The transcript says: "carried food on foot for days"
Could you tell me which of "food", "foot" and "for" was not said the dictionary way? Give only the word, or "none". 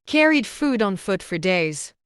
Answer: none